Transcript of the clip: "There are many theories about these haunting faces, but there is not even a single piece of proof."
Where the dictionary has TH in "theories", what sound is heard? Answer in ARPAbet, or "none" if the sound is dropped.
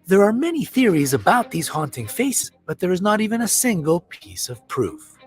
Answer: TH